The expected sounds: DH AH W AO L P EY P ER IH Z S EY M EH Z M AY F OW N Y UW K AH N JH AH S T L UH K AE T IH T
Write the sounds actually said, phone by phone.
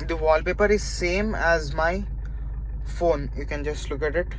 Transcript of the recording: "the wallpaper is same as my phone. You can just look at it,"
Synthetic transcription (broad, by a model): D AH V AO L P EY P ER IH Z S EY M EH Z M AY F OW N Y UW K AH N JH AH S T L UH K AE T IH T